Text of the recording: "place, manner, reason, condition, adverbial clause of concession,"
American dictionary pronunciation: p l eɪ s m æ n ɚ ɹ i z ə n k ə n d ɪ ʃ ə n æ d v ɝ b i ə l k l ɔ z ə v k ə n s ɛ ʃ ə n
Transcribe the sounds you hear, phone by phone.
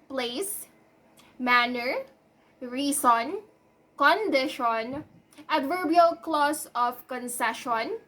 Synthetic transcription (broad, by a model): p l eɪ s m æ n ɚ ɹ i s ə n k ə n d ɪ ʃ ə n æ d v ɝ b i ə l k l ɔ s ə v k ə n s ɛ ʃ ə n